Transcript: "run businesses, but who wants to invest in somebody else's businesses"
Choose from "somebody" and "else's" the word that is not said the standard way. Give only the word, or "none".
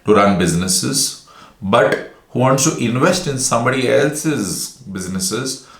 none